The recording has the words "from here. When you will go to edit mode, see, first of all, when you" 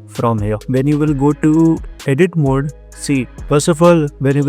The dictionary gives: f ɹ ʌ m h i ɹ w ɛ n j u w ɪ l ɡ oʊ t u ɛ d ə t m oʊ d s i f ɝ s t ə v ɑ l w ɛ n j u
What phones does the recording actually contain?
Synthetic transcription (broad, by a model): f ɹ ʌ m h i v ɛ n j u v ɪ l ɡ oʊ t u ɛ d ə t m oʊ d s i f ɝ s ə f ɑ l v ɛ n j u